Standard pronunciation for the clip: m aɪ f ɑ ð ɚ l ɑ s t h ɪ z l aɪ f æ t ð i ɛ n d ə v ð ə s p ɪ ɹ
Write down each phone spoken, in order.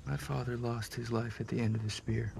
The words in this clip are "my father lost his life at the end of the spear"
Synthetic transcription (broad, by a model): m aɪ f ɑ ð ɚ l ɑ s t h ɪ z l aɪ f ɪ t ð i ɛ n d ə v ð ə s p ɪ ɹ